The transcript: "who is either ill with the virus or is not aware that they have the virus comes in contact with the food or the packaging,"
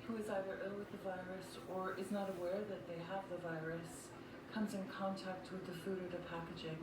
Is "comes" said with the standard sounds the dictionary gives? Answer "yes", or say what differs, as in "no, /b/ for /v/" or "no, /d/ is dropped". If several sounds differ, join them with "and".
yes